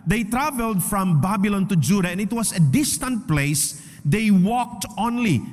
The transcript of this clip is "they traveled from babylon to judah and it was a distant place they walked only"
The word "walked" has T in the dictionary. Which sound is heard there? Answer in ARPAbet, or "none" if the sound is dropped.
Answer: T